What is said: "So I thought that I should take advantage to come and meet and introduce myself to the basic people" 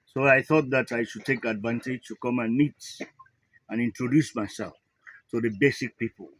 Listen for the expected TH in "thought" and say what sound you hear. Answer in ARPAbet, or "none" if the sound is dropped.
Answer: TH